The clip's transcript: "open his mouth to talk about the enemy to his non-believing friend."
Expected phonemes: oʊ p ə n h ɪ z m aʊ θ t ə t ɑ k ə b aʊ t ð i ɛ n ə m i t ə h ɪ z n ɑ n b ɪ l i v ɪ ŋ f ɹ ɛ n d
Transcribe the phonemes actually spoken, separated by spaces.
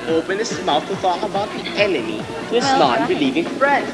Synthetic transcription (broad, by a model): oʊ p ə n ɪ s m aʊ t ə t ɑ ə b aʊ t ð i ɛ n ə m i t ə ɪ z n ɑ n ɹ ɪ l i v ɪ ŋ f ɹ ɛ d